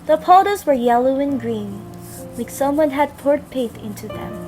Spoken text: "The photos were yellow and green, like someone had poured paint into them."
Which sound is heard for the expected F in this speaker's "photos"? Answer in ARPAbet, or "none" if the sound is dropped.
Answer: P